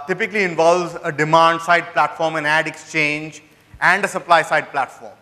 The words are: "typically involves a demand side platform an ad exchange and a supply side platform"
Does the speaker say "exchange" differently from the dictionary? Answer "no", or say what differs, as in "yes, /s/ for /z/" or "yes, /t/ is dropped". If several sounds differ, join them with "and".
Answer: no